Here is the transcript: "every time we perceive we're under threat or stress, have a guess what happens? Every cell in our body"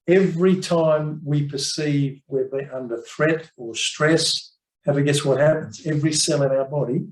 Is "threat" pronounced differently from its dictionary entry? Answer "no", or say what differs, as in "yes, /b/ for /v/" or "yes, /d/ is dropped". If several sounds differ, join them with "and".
no